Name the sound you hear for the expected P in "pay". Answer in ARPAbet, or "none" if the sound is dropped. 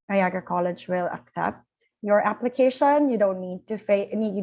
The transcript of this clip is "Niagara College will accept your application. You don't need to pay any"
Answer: F